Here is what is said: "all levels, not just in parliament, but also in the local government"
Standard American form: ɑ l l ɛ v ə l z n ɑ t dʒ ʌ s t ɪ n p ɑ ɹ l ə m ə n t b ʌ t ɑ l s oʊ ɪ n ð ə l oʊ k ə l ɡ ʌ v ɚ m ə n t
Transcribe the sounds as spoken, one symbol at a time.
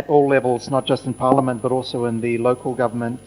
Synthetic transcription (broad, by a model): ɑ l l ɛ v ə l z n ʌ t dʒ ʌ s t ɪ n p ɑ ɹ l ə m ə n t b ʌ t ɑ l s oʊ ɪ n ð ə l oʊ k ə l ɡ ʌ v ɚ m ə n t